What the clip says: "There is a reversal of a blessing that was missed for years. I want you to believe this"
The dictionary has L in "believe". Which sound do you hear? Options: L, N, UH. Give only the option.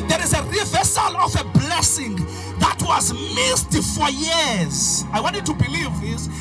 L